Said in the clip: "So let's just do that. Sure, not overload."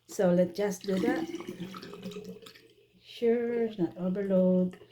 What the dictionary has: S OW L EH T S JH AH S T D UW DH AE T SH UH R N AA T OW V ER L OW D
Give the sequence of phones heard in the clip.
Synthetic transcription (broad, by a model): S OW L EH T JH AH S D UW DH AE T SH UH R N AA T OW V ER L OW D